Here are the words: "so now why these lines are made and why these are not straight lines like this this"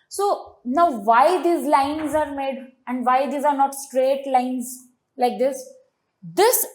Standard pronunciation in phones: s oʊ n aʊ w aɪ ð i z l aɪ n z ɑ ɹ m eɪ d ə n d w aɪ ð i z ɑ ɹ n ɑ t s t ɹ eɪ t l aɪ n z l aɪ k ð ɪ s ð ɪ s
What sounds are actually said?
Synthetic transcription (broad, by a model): s oʊ n aʊ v aɪ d i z l aɪ n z ɑ ɹ m eɪ d ə n d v aɪ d i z ɑ ɹ n ɑ t s t ɹ eɪ t l aɪ n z l aɪ k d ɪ s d ɪ s